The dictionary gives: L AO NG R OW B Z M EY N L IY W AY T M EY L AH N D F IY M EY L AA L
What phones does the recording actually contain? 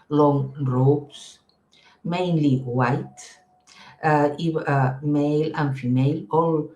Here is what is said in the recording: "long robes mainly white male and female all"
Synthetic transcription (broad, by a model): L AO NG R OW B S M EY N L IY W AY T M EY L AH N F IY M EY L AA L